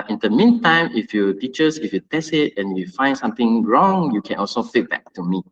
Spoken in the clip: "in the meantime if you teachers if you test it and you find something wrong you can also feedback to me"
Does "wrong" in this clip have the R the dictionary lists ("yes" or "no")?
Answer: yes